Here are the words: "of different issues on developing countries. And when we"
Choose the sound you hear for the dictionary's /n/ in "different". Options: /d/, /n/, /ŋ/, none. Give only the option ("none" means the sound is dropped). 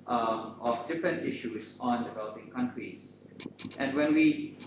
/n/